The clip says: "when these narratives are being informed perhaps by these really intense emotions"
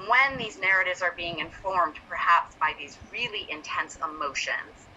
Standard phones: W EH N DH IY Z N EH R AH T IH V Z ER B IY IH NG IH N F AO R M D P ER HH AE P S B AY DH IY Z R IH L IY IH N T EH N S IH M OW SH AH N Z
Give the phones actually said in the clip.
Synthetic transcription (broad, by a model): W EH N DH IY Z N EH R AH T IH V Z ER B IY IH NG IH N F AO R M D P ER HH AE P S B AY DH IY Z R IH L IY IH N T EH N S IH M OW SH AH N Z